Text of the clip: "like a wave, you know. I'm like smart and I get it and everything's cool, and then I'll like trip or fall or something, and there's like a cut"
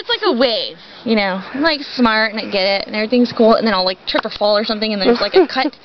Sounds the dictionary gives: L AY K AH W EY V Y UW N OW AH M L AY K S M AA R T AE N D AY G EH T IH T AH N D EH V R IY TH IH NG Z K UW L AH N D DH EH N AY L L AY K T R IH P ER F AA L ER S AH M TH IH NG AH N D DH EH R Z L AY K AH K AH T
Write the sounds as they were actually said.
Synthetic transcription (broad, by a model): L AY K AH W EY V Y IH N OW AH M L AY K S M AA R T N AY G EH T IH T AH N EH V R IY TH IH NG Z K UW L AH N DH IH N AY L L AY K T R IH P ER F AA L ER S AH M TH IH NG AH N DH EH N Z L AY K AH K AH T